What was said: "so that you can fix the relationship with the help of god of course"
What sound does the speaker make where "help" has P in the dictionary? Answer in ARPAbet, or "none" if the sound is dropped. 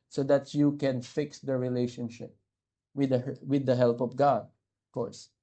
P